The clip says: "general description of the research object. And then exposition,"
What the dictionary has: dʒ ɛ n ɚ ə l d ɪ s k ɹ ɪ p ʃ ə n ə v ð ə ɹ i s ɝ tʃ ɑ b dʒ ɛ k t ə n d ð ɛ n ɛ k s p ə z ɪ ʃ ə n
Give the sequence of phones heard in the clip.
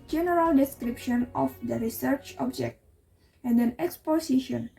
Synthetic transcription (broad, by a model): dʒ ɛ n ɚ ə l d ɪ s k ɹ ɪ p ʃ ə n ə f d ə ɹ i s ɝ tʃ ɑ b dʒ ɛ k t ə n d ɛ n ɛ k s p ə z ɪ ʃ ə n